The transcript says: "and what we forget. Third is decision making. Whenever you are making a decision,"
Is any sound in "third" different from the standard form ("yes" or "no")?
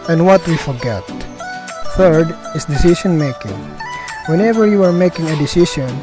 no